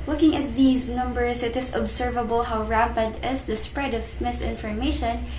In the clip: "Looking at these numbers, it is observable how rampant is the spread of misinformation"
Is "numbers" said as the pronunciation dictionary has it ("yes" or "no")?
no